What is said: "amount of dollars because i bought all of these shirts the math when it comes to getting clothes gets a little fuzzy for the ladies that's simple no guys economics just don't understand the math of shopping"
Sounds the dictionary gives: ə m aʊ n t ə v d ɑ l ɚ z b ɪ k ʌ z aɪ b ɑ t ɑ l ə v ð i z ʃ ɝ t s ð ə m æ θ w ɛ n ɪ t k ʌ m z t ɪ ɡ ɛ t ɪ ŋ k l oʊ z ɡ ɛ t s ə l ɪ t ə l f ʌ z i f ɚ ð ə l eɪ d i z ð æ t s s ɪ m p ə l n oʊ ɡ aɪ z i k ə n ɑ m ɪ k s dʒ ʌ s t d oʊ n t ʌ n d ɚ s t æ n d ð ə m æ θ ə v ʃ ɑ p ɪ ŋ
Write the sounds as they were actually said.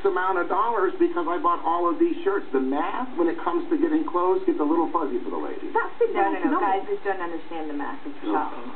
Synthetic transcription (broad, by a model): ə m aʊ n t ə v d ɑ l ɚ z b ɪ k ʌ z aɪ b ɑ t ɑ l ə v ð i z ʃ ɝ t s ð ə m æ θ w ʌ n ɪ t k ʌ m z t ɪ ɡ ɛ t ɪ ŋ k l oʊ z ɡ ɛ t ə l ɪ t l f ʌ z i f ɚ ð ə l eɪ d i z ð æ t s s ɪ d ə n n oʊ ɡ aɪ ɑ ɪ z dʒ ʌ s d oʊ n t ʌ n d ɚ s t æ n ð ə m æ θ ə v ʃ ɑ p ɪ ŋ